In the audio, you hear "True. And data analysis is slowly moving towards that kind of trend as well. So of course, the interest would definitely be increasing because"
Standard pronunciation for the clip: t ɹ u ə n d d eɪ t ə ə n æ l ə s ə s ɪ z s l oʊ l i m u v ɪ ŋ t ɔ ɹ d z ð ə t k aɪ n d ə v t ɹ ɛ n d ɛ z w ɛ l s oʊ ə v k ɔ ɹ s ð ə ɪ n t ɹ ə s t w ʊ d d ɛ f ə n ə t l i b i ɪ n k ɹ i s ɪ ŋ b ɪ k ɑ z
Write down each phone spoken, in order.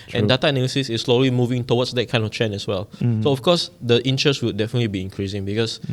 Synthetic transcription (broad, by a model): t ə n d d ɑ t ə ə n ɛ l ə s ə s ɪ s l oʊ l i m u v ɪ ŋ t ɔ w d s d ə t k aɪ n d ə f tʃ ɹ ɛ n ɛ s w ɛ l s oʊ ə f k ɔ s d ə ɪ n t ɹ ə s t w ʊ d d ɛ f ə n ə t l i b i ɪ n k ɹ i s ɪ ŋ b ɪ k ɑ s